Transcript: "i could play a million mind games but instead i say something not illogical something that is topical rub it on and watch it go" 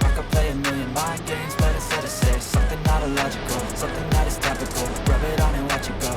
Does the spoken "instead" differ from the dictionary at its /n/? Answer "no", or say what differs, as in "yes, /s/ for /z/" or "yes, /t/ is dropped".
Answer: yes, /n/ is dropped